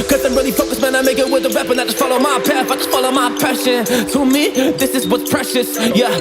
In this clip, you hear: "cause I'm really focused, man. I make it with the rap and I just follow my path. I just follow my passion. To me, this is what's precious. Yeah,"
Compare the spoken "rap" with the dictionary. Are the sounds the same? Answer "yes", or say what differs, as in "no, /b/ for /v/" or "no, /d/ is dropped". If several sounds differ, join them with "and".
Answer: no, /w/ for /ɹ/